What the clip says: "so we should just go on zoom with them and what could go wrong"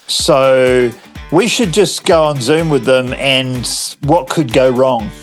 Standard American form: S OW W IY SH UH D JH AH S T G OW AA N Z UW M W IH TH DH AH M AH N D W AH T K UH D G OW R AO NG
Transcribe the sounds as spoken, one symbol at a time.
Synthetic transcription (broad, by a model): S OW W IY SH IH D JH AH S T G OW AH N Z UW M W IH DH AH M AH N W AH T K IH D G OW R AO NG